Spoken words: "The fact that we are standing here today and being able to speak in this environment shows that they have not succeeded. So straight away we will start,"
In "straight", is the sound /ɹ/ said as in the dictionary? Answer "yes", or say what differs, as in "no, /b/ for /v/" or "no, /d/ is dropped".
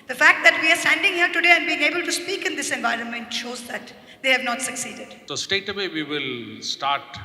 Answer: no, /ɹ/ is dropped